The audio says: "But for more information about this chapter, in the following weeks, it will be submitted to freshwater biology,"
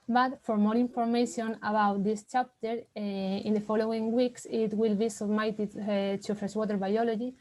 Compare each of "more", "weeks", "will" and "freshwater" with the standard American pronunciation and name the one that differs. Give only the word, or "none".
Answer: freshwater